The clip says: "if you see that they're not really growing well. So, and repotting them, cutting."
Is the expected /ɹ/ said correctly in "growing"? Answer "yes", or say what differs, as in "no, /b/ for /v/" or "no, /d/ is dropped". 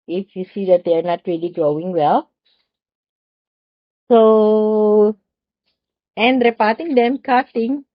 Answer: yes